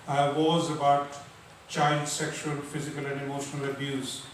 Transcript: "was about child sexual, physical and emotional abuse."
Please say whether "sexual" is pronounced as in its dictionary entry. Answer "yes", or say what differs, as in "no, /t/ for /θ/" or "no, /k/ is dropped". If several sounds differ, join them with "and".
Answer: yes